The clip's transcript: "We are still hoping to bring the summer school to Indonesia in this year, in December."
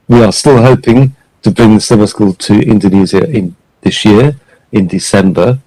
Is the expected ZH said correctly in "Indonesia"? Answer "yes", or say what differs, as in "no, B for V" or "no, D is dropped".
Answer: no, Z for ZH